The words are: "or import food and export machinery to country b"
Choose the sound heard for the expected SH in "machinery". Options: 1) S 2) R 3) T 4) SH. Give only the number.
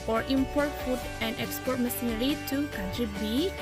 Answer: 1